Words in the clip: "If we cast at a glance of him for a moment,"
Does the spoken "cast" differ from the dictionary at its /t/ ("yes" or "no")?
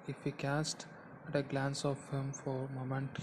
no